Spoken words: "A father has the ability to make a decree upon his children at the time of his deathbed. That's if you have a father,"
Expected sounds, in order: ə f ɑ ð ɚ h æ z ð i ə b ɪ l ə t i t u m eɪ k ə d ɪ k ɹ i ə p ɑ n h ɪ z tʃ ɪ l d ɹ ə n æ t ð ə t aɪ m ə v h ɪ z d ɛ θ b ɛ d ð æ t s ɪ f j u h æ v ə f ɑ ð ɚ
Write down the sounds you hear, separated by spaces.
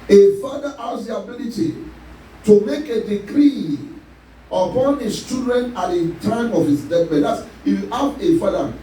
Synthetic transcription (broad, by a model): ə f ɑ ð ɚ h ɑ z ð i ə b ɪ l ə t i t u m eɪ k ə d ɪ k ɹ i ə p ɑ n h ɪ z tʃ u d ɹ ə n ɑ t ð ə t aɪ m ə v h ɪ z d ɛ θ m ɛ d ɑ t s j u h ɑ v ə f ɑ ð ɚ